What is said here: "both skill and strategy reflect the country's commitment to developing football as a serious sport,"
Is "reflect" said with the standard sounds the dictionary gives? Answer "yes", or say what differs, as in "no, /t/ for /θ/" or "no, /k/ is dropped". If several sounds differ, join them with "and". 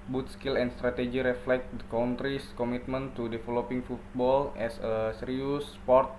yes